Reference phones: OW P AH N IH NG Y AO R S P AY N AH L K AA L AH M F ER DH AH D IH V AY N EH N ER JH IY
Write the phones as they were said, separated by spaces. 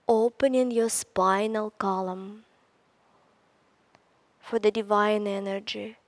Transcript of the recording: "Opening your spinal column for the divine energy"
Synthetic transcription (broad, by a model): OW P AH N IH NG Y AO S P AY N AH L K AA L AH M F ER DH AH D IH V AY N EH N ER JH IY